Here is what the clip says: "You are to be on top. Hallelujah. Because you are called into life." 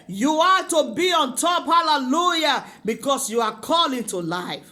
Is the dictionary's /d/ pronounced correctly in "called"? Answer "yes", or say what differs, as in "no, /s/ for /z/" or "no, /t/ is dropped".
no, /d/ is dropped